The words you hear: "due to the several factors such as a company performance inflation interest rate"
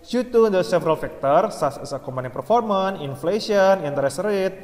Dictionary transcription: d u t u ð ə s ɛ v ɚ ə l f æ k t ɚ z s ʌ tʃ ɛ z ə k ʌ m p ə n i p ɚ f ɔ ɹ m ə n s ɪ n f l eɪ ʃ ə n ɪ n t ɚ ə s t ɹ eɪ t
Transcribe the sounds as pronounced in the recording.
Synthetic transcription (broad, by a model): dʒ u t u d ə s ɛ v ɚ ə l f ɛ k t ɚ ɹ s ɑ s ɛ s ə k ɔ m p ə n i p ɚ f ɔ ɹ m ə n ɪ n f l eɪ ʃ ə n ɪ n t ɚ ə s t ɹ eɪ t